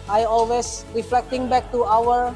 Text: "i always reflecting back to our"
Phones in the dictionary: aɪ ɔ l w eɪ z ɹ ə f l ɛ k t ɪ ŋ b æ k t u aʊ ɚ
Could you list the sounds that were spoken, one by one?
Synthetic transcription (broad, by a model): aɪ ɔ l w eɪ s ɹ ə f l ɛ k t ɪ ŋ b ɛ k t u aʊ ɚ